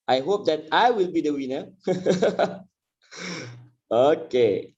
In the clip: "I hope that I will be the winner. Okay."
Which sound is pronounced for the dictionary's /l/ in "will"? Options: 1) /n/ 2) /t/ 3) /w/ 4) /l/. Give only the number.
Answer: 4